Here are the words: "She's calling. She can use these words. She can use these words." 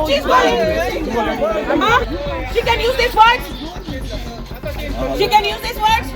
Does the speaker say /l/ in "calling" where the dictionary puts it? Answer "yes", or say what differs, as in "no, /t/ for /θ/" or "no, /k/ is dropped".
no, /l/ is dropped